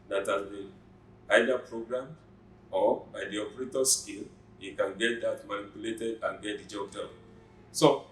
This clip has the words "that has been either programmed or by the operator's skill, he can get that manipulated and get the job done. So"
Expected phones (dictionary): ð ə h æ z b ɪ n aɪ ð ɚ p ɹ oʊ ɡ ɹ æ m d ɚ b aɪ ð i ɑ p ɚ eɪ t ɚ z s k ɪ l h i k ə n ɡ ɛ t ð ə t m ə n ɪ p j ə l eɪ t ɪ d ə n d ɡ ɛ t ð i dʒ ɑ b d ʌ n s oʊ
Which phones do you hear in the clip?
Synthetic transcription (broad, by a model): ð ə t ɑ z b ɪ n aɪ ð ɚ p ɹ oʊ ɡ ɹ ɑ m ɔ b aɪ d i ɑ p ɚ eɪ t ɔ s k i l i k ə n ɡ ɛ t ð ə t m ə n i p j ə l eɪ t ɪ d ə n ɡ ɛ t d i dʒ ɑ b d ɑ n s oʊ